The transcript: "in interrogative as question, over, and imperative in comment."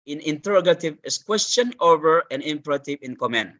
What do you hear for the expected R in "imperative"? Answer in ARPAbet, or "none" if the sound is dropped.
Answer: R